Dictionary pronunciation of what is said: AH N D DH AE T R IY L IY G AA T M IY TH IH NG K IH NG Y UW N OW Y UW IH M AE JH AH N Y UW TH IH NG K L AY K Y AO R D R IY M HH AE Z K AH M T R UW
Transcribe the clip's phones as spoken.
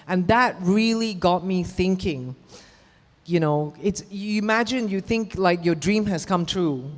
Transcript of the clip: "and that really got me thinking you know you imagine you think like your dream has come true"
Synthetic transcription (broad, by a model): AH N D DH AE T R IY L IY G AA T M IY TH IH NG K IH NG Y UW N OW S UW IH M AE JH AH N Y UW TH IH NG K L AY K Y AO D R IY M HH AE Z K AH M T R UW